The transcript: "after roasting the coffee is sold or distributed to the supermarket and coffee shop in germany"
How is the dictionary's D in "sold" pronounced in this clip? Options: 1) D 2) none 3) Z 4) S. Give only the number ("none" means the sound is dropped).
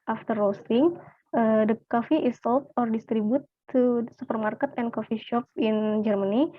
2